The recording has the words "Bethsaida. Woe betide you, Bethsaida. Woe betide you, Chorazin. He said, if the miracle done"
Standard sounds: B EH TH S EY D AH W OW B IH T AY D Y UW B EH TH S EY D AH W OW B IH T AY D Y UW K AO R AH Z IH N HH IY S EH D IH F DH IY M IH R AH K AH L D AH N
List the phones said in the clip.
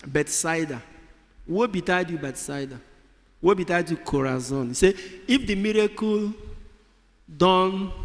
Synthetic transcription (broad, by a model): B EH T S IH D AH W OW B IH T AY D Y UW B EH T S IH D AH W OW B IH T AY D Y UW K AO R AH Z IH N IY S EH IH F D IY M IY R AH K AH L D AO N